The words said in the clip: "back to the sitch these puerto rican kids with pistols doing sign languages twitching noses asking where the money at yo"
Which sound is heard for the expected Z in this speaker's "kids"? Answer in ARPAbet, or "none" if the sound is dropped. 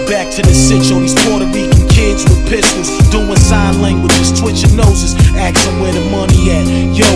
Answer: Z